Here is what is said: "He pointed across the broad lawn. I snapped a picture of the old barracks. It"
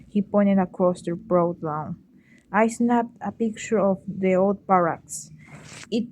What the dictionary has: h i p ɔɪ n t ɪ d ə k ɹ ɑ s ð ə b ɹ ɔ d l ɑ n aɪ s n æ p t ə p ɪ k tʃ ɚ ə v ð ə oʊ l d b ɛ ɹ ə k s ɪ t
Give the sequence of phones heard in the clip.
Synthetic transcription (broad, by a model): h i p ɔɪ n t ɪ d ə k ɹ ɑ s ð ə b ɹ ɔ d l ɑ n aɪ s n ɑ t ə p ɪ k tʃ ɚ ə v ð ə oʊ l d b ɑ ɹ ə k s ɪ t